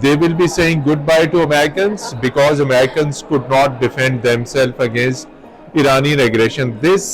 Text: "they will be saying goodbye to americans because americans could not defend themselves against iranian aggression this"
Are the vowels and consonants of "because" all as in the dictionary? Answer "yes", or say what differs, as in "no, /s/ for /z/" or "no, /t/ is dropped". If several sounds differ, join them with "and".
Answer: yes